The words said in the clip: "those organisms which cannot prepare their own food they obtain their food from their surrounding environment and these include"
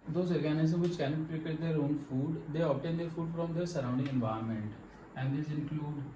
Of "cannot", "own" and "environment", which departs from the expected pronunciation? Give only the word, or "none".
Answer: environment